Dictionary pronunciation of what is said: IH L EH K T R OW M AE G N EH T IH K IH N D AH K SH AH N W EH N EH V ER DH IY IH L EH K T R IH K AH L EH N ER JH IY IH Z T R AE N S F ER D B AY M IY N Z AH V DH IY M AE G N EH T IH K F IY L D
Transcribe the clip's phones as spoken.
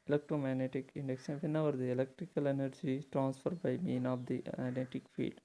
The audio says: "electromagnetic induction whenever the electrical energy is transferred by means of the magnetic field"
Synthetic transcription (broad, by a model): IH L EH K T R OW M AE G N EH T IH K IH N D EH K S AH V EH N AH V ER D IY IH L EH K T R IH K AH L EH N ER JH IY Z T R AE N S F ER D B AY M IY N AH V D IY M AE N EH T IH K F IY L D